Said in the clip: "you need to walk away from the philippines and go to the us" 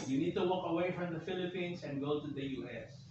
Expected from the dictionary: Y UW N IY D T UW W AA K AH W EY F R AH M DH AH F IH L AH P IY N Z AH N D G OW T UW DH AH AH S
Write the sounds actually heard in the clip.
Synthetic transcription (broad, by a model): Y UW N IY D T UW W AA K AH W EY F R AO M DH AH F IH L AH P IY N S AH N G OW T UW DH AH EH S